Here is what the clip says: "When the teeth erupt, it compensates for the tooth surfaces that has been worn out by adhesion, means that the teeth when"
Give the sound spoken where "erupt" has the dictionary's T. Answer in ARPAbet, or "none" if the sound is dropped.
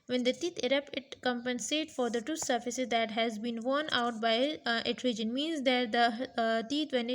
none